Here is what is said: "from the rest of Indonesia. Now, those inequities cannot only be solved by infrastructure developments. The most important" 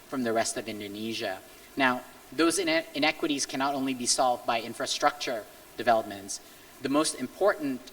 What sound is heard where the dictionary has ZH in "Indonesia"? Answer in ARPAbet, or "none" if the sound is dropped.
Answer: ZH